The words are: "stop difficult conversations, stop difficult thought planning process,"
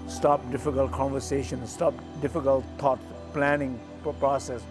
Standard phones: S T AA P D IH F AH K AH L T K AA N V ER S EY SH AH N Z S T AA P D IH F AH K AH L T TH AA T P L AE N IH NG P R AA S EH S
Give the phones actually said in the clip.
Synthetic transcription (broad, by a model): S T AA P D IH F AH K AH L T K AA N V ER S EY SH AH N S T AA P D IH F AH K AH L T T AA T P L AE N IH NG P R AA S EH S